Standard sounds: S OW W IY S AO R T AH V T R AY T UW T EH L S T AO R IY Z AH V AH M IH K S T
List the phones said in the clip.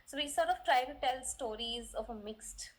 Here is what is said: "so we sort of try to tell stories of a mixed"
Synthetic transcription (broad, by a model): S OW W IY S AO R T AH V T R AY T UW T EH L S T AO R IY Z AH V AH M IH K S T